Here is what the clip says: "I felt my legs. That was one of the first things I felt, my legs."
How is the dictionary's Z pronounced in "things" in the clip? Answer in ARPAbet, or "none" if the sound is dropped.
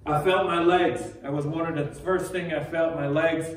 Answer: none